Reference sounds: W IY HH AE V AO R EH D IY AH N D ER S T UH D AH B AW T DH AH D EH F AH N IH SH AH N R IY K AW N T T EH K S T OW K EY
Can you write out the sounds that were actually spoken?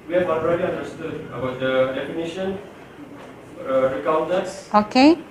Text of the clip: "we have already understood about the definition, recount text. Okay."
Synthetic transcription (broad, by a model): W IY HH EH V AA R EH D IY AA N D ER S T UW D AH B AW T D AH D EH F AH N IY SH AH N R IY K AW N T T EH S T OW K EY